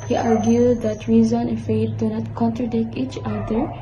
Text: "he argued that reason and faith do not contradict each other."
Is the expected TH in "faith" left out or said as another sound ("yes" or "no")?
yes